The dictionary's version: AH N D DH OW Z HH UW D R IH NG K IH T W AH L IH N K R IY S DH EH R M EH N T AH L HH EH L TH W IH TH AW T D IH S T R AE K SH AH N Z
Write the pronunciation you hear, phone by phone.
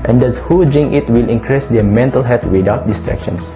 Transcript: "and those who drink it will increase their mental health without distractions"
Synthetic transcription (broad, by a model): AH N D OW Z HH UW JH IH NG IH T W AH L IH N K R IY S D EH M EH N T AH L HH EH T W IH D AW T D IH S T R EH K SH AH N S